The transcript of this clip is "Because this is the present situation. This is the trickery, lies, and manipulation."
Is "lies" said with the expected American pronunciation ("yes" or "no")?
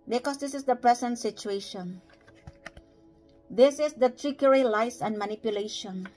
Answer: no